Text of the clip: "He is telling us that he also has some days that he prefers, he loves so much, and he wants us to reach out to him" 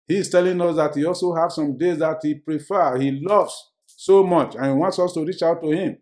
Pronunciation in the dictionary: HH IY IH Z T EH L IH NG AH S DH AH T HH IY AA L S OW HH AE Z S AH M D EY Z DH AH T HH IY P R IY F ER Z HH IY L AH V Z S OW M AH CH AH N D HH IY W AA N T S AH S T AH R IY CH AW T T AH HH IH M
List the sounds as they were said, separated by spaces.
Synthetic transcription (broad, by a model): HH IY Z T EH L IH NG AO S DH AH T HH IY AA L S OW HH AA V S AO M D EY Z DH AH T HH IY P R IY F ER HH IY L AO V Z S OW M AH CH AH N HH IY W AA N T S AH S T AH R IY CH AW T T AH HH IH M